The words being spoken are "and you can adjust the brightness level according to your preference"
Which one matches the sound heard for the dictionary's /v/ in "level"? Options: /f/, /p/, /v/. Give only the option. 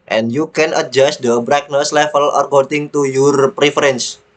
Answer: /f/